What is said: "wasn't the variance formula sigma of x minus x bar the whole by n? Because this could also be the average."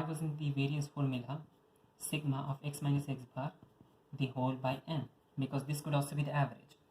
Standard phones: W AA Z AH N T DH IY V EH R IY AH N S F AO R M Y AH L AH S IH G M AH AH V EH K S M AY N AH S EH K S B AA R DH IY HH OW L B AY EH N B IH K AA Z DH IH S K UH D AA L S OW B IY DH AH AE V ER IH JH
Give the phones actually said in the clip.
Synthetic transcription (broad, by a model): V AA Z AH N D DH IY V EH R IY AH S F AO R M Y AH L AH S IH G M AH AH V EH K S M AY N AH S EH K S B AA R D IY HH OW L B AY EH N B IH K AA Z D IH S K UH D AA L S OW B IY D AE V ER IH JH